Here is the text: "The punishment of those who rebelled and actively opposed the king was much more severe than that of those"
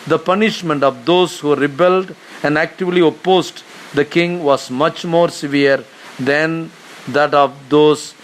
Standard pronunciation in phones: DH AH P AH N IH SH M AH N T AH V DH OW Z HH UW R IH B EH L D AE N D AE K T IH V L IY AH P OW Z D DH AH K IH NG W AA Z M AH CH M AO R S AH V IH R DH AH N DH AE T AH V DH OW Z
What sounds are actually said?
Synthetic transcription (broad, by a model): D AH P AH N IH SH M AH N T AH V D OW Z HH UW R IH B EH L D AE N D AE K T IH V L IY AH P OW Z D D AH K IH NG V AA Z M AH CH M AO R S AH V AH R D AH N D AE T AH V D OW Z